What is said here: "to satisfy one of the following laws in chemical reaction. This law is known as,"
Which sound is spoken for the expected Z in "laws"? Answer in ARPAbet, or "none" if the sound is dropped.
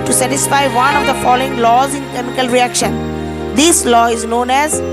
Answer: Z